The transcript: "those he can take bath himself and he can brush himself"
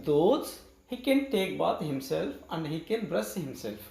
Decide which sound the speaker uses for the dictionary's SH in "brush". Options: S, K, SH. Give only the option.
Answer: S